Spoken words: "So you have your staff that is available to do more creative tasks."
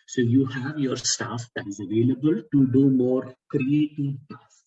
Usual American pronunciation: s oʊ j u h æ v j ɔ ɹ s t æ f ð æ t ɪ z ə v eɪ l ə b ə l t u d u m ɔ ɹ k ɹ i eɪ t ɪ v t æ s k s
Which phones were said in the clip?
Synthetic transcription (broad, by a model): s oʊ j u h æ v j ɔ ɹ s t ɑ f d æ t ɪ z ə v eɪ l ə b ə l t u d u m ɔ ɹ k ɹ i eɪ t ɪ v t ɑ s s